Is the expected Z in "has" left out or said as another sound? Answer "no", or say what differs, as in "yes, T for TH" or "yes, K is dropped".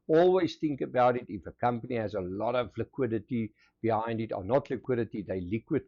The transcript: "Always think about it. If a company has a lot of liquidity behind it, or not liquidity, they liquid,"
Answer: no